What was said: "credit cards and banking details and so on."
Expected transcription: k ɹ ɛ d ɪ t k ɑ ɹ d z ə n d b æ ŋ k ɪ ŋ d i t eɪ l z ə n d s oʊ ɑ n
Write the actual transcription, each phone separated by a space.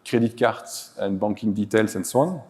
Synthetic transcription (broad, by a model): k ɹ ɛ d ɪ t k ɑ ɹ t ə n b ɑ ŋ k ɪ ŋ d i t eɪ l s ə n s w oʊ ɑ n